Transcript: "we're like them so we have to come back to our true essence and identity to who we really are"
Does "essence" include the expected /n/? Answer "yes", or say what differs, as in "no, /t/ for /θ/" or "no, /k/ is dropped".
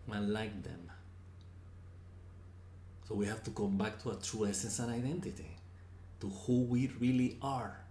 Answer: yes